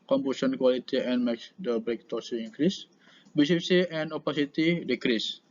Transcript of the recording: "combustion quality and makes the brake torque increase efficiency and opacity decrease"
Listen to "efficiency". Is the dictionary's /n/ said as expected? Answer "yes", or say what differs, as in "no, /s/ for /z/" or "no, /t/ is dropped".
no, /n/ is dropped